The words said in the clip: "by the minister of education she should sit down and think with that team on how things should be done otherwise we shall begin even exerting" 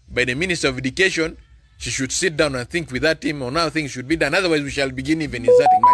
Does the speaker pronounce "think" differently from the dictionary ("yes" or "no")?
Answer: no